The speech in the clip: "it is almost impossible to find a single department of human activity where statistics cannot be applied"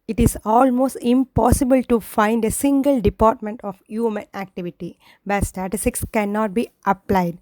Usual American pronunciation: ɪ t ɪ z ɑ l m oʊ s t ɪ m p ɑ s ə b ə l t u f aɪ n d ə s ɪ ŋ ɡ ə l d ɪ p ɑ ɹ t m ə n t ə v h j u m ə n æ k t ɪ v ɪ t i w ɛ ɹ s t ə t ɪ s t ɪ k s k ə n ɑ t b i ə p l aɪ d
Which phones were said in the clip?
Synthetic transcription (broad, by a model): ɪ t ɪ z ɑ l m oʊ s t ɪ m p ɑ s ə b ə l t u f aɪ n d ə s ɪ ŋ ɡ ə l d ɪ p ɑ ɹ t m ə n t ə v h j u m ə n æ k t ɪ v ɪ t i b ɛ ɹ s t ə t ɪ s t ɪ k s k ə n ɑ t b i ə p l aɪ d